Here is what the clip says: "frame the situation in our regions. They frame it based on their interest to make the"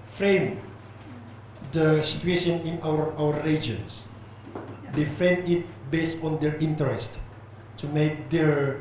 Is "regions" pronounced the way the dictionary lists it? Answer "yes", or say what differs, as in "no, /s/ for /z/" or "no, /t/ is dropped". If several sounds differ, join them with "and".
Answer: no, /w/ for /ɹ/